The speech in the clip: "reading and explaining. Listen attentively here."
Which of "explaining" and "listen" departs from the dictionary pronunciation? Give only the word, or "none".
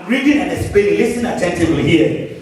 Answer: explaining